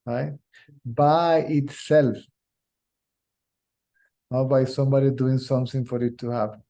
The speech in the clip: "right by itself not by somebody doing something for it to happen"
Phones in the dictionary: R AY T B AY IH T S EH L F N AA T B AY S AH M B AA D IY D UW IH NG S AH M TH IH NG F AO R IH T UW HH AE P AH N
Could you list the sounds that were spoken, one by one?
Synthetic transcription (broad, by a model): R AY B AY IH T S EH L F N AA B AY S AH M B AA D IY D UW IH NG S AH M T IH NG F AO R IH T UW HH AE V